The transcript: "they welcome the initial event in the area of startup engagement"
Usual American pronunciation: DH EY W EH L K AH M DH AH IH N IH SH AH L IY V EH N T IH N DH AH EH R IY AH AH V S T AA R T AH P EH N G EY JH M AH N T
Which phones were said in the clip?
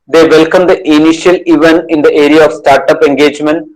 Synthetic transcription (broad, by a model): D EY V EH L K AH M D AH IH N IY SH AH L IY V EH N IH N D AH EH R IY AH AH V S T AA R T AH P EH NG G EY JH M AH N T